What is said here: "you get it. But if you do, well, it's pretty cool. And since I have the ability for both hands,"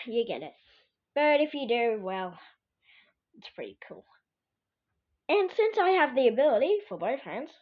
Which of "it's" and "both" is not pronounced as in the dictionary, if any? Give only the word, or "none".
none